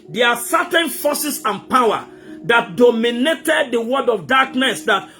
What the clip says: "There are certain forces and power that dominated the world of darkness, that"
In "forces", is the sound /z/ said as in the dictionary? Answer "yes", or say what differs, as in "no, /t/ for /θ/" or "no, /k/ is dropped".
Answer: no, /s/ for /z/